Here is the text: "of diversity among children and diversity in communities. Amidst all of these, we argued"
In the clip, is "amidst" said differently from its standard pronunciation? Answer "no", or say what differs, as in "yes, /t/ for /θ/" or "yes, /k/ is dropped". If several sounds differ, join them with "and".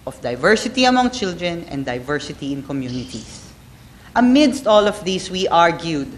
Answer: no